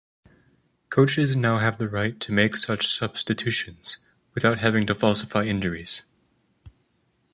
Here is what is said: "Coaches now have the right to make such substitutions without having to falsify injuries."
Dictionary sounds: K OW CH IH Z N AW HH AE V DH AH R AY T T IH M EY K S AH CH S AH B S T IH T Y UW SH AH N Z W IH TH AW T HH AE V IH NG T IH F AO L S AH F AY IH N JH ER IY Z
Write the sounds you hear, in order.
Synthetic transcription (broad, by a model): K OW CH IH Z N AW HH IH V DH AH R AY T T IH M EY K S AH CH S AH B S T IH T UW SH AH N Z W IH TH AW T HH AE V IH NG T IH F AO L S AH F AY IH N JH ER IY Z